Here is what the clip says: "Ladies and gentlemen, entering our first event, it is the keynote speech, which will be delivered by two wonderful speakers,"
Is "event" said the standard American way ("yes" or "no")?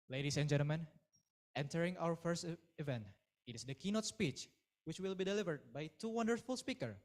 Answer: yes